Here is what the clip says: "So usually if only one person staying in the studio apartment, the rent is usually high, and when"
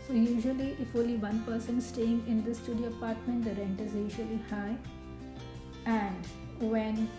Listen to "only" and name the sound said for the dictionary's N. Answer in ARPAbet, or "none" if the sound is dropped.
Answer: none